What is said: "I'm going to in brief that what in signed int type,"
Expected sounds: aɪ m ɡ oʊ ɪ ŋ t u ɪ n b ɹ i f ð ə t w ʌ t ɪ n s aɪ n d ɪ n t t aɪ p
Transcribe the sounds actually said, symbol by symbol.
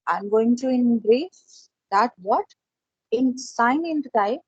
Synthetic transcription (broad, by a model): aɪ m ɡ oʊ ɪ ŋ t u ɪ n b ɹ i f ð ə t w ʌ t ɪ n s aɪ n ɪ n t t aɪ